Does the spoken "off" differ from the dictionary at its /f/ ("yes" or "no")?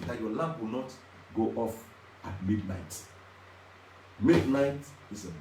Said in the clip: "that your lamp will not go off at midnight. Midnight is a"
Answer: no